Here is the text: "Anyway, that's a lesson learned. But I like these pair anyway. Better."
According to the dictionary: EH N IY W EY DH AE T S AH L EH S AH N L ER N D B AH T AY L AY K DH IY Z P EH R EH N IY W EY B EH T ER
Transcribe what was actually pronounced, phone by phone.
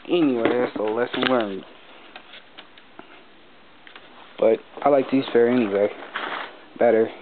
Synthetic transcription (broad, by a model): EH N IY W EY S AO AH L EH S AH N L ER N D B AH T AY L AY K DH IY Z F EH R EH N IY W EY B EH T ER